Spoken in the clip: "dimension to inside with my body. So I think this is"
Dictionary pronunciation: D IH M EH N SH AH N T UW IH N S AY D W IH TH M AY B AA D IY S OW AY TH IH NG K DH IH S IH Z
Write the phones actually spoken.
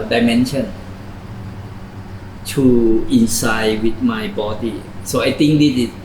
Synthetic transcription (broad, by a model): D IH M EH N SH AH N T UW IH N S AY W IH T M AY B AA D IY S OW AY T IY NG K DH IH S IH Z